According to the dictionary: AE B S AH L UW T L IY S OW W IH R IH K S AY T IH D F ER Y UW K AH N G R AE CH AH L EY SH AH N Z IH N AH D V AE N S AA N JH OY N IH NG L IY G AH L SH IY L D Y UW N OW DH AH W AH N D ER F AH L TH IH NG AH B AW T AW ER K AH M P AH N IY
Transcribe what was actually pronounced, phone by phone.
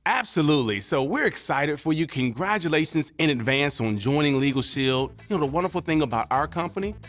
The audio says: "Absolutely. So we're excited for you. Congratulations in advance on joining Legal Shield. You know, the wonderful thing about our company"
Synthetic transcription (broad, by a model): AE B S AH L UW T L IY S OW W IH R IH K S AY T IH D F ER Y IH K AH N G R AE CH AH L EY SH AH N Z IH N AH D V AE N S N JH OY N IH NG L IY G L SH IY L D Y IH N OW DH AH W AH N D ER F L TH IH NG AH B AW T AW ER K AH M P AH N IY